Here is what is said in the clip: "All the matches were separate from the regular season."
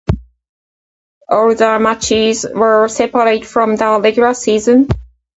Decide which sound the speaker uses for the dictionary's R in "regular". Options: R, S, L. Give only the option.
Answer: L